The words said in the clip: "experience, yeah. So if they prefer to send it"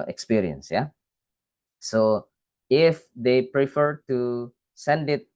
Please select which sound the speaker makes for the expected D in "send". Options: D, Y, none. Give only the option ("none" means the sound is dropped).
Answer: D